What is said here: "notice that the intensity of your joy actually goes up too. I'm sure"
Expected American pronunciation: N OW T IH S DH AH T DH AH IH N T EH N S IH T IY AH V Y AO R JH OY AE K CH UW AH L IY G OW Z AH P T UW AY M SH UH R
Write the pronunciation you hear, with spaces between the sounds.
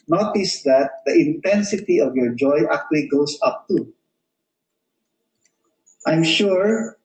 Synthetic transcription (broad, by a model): N OW T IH S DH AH T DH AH IH N T EH N S IH T IY AH V Y AO R JH OY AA K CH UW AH L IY G OW S AH P T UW AY M SH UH R